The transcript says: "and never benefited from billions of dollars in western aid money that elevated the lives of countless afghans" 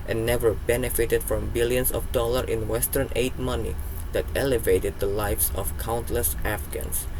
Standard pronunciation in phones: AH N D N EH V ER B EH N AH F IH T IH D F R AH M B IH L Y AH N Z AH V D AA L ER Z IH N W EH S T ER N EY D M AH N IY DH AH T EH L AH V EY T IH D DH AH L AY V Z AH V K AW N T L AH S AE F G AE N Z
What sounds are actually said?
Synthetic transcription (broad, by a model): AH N N EH V ER B EH N AH F IH T IH D F R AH M B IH L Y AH N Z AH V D AA L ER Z IH N W EH S T ER N EY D M AH N IY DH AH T EH L AH V EY T IH D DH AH L AY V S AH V K AW N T L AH S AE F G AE N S